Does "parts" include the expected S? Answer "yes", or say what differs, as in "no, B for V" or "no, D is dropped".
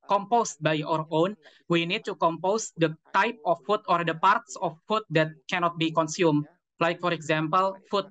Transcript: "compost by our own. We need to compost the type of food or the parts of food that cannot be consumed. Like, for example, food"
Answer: yes